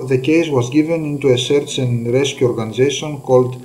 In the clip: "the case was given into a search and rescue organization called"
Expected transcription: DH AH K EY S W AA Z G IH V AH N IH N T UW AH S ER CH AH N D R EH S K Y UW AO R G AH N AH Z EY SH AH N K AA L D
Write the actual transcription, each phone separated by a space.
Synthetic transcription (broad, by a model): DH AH K EY S W AA Z G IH V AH N IH N T UW AH S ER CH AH N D R EH S K Y UW AO R G AH N AH Z EY SH AH N K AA L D